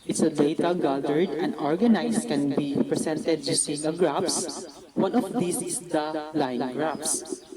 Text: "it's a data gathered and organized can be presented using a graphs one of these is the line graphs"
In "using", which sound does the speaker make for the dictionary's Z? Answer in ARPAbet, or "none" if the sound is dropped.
S